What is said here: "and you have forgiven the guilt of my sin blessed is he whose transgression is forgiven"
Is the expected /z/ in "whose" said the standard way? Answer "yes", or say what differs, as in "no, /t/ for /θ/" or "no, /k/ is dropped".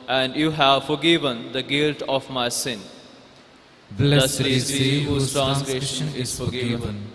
no, /z/ is dropped